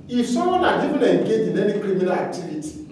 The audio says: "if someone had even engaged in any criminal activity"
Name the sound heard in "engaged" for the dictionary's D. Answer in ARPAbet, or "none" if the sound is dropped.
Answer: none